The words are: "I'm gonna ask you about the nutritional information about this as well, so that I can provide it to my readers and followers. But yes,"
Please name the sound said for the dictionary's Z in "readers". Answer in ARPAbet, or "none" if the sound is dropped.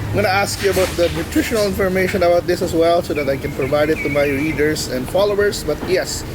S